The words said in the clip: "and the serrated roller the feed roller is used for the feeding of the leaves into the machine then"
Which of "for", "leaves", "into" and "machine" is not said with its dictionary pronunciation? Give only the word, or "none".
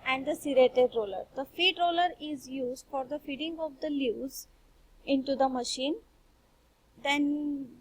leaves